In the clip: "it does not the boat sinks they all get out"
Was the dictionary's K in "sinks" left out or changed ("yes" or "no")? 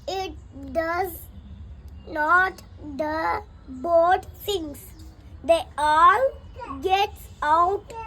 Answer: yes